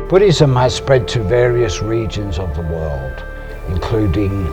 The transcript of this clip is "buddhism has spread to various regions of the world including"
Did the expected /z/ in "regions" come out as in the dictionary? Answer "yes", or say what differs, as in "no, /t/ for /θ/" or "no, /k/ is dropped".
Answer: yes